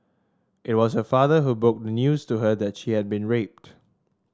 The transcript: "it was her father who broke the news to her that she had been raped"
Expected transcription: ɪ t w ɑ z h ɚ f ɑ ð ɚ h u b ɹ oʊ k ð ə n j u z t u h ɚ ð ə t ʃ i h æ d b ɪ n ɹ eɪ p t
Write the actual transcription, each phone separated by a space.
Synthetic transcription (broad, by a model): ɪ t w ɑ s h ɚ f ɑ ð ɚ h u b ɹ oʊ k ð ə n j u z t u h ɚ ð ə t ʃ i h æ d b ɪ n ɹ eɪ p t